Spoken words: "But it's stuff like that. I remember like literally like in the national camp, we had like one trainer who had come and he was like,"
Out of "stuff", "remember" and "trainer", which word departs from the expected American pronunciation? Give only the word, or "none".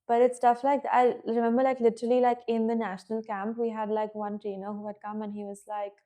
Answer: none